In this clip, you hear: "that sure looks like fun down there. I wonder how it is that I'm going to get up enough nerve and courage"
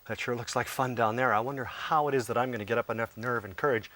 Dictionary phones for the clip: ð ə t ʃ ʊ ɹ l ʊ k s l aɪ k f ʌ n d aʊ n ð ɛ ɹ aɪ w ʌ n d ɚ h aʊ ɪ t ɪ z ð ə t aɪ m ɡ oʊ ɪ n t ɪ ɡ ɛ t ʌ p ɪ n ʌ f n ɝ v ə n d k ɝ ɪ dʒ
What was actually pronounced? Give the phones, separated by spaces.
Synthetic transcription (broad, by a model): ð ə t ʃ ʊ ɹ l ʊ k s l aɪ k f ʌ n d aʊ n ð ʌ ɹ aɪ w ʌ n d ɚ h aʊ ɪ t ɪ z ð ə t aɪ m ɡ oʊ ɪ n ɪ ɡ ɛ t ʌ p ɪ n ʌ f n ɝ v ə n k ɝ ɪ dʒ